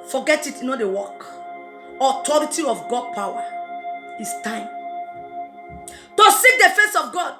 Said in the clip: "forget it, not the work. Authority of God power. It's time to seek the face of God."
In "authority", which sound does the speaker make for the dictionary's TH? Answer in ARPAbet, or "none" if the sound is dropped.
T